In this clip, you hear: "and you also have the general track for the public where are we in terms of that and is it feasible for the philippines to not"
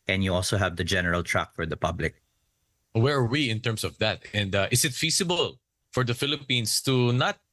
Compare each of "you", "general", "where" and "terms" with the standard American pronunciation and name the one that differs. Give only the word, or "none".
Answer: terms